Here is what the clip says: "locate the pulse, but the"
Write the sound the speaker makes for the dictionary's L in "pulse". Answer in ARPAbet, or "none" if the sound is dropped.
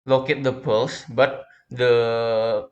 L